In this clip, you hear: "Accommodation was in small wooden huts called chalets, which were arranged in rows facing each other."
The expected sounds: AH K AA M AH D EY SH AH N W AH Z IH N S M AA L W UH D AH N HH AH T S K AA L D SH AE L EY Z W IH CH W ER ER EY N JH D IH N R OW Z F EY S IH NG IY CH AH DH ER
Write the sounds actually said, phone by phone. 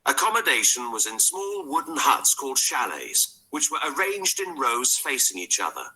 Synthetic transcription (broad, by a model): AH K AA M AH D EY SH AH N W AH Z IH N S M AA L W UH D N HH AH T S K AA L D SH AE L EY Z W IH CH W ER ER EY N JH D IH N R OW Z F EY S IH NG IY CH AH DH ER